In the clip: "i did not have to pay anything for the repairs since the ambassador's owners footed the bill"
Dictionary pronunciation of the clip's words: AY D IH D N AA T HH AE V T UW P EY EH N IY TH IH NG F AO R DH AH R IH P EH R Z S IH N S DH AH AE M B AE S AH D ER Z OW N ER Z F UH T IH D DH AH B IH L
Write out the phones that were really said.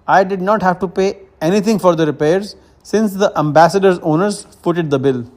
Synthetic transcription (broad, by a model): AY D IH D N AA T HH AE V T UW P EY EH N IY T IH NG F AO R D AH R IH P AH R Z S IH N S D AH AE M B AE S AH D ER Z OW N ER Z P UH T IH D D AH B IH L